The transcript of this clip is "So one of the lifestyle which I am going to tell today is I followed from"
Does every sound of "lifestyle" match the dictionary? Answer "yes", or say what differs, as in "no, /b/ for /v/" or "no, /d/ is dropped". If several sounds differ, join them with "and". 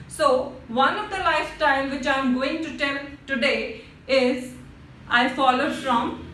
no, /s/ is dropped